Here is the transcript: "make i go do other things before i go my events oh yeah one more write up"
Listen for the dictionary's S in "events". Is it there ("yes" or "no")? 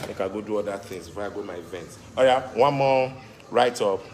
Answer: no